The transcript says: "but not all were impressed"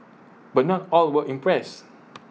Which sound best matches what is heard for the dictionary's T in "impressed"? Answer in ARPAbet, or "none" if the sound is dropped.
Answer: none